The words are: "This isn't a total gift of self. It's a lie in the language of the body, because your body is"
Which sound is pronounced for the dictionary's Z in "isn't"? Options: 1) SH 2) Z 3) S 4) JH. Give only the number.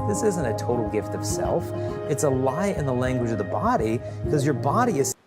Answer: 2